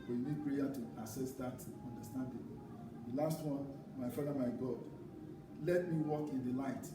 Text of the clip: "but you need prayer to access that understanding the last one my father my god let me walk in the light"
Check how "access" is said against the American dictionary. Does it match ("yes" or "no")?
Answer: no